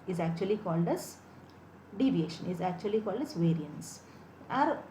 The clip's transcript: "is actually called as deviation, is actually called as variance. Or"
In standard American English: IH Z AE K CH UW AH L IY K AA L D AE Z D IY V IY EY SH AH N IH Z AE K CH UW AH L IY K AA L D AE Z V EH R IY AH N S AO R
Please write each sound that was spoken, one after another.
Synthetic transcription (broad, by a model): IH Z AE K CH UW AH L IY K AA L D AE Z D IY V IY EY SH AH N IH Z AE K CH UW AH L IY K AA L D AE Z V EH R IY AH N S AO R